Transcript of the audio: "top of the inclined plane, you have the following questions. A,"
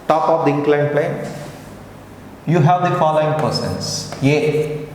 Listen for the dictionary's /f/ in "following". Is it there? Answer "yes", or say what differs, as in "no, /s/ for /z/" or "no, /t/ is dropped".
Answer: yes